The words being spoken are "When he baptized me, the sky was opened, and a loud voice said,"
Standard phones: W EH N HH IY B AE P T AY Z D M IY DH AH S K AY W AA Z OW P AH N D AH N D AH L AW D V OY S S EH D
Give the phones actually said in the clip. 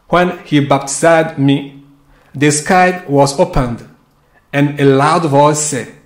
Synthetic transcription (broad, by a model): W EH N HH IY B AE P T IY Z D M IY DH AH S K AY W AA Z OW P AH N D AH N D AH L AW D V OY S S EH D